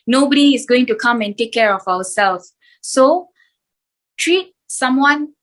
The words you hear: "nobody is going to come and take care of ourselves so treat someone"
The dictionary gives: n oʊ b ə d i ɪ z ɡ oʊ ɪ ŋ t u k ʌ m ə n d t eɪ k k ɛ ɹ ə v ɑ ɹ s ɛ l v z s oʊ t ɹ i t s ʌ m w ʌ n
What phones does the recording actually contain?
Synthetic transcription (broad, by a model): n oʊ b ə d i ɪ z ɡ oʊ ɪ ŋ t u k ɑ m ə n t eɪ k k ɛ ɹ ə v ɑ w s ɛ l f s oʊ t ɹ i t s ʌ m w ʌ n